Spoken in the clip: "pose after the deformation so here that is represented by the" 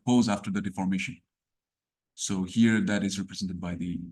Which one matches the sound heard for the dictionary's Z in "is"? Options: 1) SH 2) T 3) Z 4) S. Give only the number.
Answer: 3